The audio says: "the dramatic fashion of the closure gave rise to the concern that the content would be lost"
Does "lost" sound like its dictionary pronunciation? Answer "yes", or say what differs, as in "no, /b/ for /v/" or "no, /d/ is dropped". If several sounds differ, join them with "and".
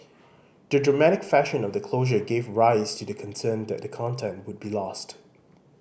yes